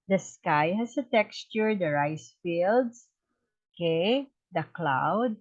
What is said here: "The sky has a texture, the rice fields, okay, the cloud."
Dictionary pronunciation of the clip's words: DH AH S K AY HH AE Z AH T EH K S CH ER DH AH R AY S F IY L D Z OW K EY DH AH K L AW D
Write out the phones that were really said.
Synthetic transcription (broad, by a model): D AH S K AY HH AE S AH T EH K S CH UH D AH R AY S F IY L D S OW K EY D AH K L AW D